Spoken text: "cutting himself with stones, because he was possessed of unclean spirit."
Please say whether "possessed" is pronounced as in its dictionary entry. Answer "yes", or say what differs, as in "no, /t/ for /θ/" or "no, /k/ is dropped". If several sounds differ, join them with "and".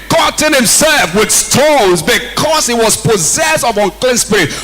yes